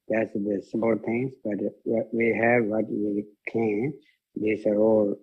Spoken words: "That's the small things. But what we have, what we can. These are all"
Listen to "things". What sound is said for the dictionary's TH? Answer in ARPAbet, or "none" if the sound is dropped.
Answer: T